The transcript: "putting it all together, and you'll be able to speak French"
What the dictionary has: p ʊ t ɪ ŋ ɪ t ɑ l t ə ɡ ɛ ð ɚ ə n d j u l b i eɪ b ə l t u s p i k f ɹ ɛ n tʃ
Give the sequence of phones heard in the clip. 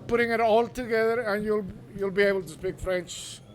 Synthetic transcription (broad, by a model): p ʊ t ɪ ŋ ɪ t ɑ l t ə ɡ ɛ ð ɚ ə n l j u l b i eɪ b ə l t u s p i k f ɹ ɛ n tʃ